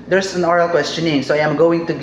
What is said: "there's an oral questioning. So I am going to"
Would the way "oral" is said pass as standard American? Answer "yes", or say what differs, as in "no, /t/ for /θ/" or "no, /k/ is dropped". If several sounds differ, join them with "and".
yes